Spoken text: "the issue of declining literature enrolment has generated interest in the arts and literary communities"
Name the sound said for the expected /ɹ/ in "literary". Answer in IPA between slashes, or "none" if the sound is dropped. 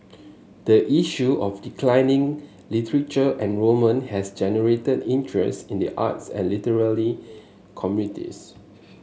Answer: /l/